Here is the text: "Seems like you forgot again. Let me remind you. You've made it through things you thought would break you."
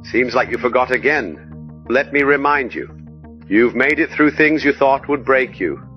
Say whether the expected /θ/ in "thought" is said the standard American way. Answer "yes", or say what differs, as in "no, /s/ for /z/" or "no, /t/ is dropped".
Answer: yes